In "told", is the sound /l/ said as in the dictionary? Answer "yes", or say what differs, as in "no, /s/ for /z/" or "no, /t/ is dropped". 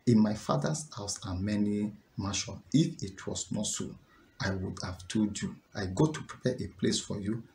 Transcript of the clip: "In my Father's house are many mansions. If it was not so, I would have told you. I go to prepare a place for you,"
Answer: no, /l/ is dropped